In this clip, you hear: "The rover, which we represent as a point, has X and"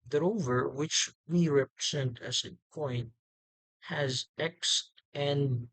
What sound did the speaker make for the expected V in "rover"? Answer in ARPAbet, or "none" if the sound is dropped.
V